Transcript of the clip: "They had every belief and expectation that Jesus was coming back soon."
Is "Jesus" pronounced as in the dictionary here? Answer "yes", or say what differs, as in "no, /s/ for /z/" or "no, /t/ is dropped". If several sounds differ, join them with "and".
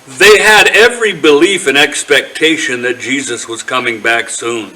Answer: yes